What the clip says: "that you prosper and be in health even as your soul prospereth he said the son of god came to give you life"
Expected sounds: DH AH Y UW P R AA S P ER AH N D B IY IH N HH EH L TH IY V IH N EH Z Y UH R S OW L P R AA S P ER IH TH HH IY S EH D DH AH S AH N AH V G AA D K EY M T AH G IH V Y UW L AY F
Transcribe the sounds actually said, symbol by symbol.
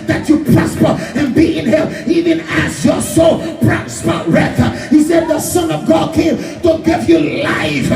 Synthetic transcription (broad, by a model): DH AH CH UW P R AA S P ER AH N B IY IH N HH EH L IY V IH N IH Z Y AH R S OW L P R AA S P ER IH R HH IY S EH D DH AH S AH N AH V G AA D K EY M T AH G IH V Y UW L AY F